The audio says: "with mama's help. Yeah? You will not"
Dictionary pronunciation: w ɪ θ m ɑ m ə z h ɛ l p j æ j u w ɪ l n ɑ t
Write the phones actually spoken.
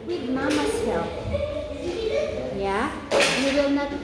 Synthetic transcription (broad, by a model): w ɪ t m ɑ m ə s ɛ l f j æ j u w ɪ l n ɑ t